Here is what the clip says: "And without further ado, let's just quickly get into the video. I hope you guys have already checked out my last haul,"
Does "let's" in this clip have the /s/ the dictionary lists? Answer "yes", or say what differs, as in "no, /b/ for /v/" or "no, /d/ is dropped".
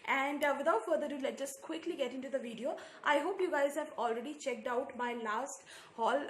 no, /s/ is dropped